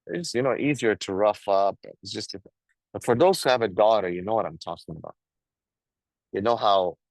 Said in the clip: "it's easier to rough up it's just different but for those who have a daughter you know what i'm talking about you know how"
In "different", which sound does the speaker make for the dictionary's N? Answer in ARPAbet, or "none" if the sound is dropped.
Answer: none